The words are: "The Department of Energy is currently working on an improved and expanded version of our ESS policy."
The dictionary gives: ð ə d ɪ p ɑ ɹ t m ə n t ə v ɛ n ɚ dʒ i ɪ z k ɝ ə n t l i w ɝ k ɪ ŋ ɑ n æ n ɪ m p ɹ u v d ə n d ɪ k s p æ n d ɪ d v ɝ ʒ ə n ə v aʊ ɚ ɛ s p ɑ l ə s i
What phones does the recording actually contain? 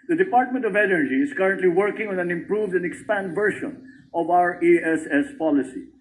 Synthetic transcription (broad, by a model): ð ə d ɪ p ɑ ɹ t m ə n t ə v ɛ n ɚ dʒ i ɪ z k ɝ ə n t l i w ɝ k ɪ ŋ ɑ n æ n ɪ m p ɹ u v d ə n d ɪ k s p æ n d d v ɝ ʃ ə n ə v aʊ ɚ ɛ s p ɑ l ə s i